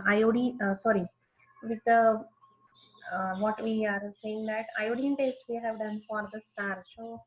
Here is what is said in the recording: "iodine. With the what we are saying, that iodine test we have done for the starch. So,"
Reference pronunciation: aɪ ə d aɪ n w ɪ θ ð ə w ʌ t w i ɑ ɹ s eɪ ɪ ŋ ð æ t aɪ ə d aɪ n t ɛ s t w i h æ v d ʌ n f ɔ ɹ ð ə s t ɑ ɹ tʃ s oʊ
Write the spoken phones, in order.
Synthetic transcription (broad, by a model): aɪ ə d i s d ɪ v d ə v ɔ t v i ɑ ɹ s eɪ ɪ ŋ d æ t aɪ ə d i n t ɛ s t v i h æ v d ʌ n f ɔ ɹ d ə s t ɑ ɹ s oʊ